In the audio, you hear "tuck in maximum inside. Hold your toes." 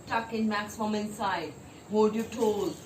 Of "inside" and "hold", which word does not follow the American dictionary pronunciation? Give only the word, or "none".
hold